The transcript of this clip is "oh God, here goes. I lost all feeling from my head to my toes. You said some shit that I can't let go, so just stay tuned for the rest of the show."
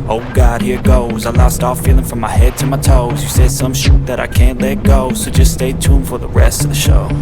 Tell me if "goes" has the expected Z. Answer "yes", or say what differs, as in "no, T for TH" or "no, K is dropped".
yes